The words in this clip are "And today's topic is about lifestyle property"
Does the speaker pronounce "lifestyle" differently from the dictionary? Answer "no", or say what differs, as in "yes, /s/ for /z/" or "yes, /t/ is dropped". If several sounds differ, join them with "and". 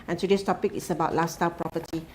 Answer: yes, /f/ is dropped